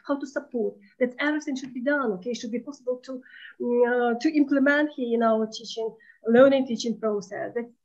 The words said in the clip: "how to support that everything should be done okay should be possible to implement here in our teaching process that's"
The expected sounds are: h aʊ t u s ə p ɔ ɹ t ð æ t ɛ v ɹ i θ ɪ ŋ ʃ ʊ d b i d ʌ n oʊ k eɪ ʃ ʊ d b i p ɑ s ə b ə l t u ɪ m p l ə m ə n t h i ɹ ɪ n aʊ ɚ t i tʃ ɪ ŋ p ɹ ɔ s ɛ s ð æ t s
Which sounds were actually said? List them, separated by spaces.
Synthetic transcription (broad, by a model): h aʊ t u s ə p ɔ ɹ t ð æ t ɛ ɹ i s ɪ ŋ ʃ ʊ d b i d ʌ n oʊ k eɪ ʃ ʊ d b i p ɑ s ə b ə l t u ɪ m p l ə m ə n t h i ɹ ɪ n aʊ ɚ t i tʃ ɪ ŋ p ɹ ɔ s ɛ s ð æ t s